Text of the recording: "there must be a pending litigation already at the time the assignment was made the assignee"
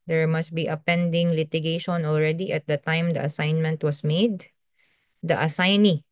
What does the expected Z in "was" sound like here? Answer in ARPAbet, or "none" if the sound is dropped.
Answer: S